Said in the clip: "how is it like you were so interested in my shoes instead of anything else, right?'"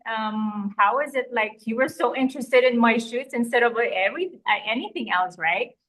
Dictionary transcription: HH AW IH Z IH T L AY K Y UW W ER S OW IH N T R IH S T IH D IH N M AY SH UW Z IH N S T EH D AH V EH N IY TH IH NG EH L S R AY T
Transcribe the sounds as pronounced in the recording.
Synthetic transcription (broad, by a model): HH AW IH Z IH T L AY K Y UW W ER S OW IH N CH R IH S T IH D IH N M AY SH UW S IH N S T EH D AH V EH N IY TH IH NG EH L S R AY T